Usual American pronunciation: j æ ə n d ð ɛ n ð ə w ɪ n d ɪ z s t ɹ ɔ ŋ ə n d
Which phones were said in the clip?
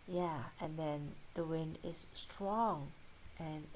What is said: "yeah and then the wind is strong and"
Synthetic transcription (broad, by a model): j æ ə n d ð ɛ n ð ə w ɪ n d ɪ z s t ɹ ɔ ŋ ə n